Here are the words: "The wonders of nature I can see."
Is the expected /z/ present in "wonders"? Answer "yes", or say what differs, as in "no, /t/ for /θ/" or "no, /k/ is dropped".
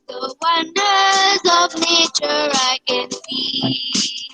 yes